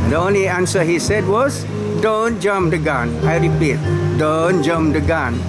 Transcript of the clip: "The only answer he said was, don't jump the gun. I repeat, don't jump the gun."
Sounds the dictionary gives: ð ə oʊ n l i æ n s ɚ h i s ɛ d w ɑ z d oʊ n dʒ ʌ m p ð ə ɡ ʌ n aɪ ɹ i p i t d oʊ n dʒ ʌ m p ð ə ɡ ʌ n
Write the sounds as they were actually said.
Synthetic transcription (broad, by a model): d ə oʊ n l i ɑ n s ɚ h i s ɛ d w ɑ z d oʊ n dʒ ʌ m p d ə ɡ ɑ n aɪ ɹ i p i t d oʊ n dʒ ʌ m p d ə ɡ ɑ n